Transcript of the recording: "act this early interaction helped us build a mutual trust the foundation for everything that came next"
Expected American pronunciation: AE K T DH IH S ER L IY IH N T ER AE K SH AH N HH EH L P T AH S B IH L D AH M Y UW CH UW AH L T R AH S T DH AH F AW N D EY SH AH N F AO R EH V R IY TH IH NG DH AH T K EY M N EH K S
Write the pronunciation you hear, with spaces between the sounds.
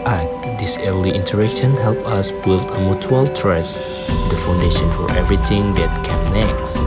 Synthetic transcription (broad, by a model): T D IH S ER L IY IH N T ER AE K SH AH N HH EH L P AH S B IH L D AH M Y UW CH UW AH L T R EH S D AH F AW N D EY SH AH N F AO R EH V R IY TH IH NG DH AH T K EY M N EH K S